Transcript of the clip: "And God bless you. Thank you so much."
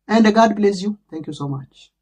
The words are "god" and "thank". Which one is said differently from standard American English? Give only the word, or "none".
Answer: thank